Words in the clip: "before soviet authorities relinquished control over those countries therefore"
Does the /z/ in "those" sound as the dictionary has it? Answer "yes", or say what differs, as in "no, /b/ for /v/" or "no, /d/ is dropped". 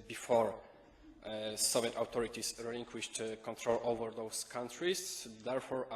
no, /s/ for /z/